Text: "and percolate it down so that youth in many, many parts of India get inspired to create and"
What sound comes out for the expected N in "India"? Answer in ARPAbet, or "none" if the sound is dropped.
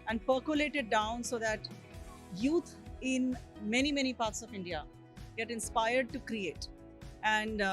N